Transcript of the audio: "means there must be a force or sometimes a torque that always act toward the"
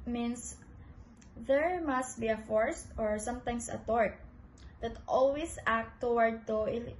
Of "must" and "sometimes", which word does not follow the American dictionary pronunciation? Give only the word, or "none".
sometimes